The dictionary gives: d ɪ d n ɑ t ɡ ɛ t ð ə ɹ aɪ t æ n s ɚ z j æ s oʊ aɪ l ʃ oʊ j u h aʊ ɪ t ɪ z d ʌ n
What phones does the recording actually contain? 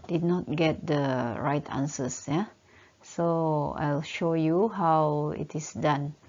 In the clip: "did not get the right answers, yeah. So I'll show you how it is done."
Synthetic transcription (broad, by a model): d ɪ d n ɑ t ɡ ɛ t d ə ɹ aɪ t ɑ n s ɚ s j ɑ s oʊ aɪ l ʃ oʊ j u h aʊ ɪ t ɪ s d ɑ n